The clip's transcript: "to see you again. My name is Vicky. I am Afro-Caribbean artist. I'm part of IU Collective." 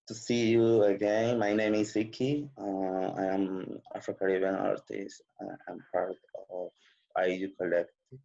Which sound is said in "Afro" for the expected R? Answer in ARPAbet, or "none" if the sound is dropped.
none